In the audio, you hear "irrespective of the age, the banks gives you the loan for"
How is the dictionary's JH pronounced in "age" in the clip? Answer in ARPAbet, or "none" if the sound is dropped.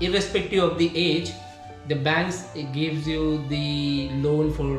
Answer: JH